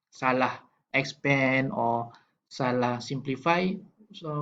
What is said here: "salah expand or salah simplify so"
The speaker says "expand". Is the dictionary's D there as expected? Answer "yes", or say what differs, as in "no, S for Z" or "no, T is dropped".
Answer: no, D is dropped